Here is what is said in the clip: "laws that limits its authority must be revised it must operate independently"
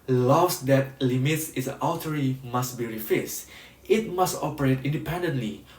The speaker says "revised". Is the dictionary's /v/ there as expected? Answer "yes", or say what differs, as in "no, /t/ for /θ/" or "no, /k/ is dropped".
no, /f/ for /v/